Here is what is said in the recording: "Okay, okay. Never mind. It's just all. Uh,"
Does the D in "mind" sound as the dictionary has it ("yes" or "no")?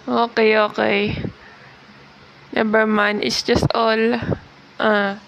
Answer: no